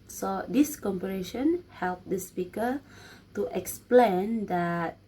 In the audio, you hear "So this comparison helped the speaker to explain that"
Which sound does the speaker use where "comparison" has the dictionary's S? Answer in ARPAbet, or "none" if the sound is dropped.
SH